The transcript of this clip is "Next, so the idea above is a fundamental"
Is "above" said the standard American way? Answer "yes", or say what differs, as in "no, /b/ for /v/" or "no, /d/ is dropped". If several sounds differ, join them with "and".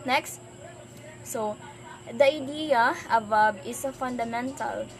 no, /b/ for /v/